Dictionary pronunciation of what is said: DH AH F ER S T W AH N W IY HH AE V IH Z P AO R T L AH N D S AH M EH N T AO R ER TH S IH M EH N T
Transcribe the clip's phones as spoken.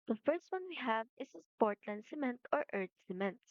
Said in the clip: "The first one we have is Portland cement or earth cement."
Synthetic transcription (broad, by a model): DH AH F ER S T W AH N W IY HH AE V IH S P AO R T L AH N D S AH M EH N T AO R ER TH S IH M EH N T